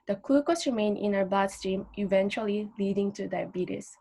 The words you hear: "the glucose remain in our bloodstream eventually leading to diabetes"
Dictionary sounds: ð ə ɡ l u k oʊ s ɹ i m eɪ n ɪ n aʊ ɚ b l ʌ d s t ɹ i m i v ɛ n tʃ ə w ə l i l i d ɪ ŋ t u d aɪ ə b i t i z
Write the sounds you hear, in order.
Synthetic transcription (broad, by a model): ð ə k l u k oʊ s ɹ i m eɪ n ɪ n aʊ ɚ b ɑ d s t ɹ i m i v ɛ n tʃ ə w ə l i l i d ɪ ŋ t u d aɪ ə b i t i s